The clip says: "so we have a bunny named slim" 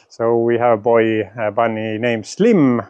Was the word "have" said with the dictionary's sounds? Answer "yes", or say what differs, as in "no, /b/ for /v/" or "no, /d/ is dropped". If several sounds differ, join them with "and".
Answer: no, /b/ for /v/